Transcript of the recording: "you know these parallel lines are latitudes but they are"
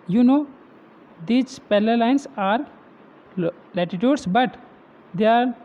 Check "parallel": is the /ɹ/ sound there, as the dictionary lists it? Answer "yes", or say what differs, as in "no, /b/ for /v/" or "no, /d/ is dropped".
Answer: no, /l/ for /ɹ/